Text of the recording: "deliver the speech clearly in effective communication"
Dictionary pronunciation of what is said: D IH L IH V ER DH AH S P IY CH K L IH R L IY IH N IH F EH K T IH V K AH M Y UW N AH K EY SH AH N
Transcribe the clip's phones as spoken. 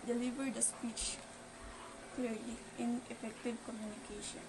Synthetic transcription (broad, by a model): D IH L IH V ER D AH S P IY CH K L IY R L IY IH N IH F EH K T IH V K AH M Y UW N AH K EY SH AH N